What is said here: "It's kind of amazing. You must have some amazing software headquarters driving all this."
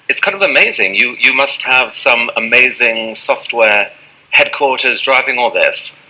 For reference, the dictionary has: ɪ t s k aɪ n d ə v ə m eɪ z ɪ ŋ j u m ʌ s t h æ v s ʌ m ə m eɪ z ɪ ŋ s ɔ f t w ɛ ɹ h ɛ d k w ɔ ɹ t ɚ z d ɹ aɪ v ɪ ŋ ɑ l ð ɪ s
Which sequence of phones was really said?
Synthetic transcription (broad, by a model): ɪ t s k aɪ n d ə v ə m eɪ z ɪ ŋ j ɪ m ʌ s t h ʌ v s ʌ m ə m eɪ z ɪ ŋ s ɔ f t w ɛ ɹ h ɛ d k w ɔ ɹ t ɚ z d ɹ aɪ v ɪ ŋ ɑ l ð ɪ s